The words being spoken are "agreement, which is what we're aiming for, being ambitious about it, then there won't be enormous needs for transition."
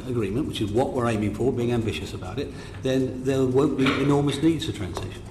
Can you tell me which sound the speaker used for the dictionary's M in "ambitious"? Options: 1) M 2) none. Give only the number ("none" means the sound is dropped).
1